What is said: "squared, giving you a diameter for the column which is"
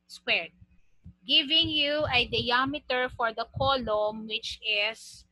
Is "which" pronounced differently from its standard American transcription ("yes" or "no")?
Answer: no